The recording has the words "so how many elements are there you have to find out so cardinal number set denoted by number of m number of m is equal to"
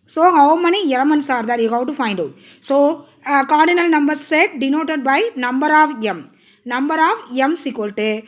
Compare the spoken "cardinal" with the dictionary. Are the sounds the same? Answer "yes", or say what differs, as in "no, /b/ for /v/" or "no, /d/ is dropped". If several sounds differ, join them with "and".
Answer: yes